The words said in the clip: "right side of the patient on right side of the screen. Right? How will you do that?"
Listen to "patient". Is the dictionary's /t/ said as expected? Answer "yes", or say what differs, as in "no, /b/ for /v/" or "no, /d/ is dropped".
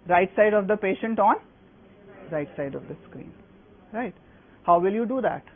yes